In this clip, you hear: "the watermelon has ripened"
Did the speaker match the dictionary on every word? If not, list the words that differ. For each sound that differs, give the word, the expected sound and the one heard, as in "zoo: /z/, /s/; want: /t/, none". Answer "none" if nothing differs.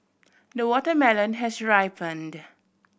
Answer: none